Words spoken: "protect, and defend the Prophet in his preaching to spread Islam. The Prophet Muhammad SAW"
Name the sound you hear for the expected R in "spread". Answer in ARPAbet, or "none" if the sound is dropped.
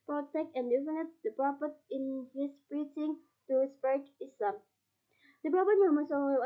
none